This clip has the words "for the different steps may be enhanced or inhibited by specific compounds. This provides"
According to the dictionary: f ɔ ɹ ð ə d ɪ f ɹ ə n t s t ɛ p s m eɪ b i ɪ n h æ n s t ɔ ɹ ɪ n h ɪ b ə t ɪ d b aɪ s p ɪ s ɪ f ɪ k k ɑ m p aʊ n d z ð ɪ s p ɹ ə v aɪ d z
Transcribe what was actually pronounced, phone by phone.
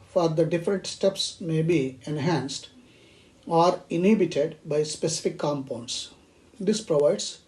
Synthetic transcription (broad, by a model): f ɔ ɹ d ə d ɪ f ɹ ə n t s t ɛ p s m eɪ b i ɪ n h æ n s t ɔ ɹ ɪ n h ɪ b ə t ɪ d b aɪ s p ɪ s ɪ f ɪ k k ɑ m p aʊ n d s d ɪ s p ɹ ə v aɪ d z